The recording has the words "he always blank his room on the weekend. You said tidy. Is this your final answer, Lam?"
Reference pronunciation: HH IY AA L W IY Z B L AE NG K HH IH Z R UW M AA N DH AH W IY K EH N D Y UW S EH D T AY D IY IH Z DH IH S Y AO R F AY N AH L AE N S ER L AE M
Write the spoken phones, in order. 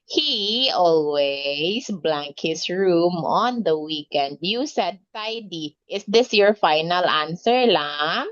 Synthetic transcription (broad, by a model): HH IY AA L W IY S B L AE NG K HH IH S R UW M AA N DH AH W IY K EH N D Y UW S EH D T AY D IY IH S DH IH S Y AO R F AY N AH L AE N S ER L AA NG